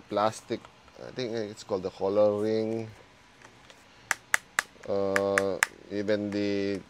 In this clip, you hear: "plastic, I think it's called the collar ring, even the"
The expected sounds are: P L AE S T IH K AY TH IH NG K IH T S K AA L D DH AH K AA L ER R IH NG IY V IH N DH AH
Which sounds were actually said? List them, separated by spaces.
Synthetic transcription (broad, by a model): P L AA S T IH K AY T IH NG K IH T S K AA L D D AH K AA L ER R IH NG IY V IH N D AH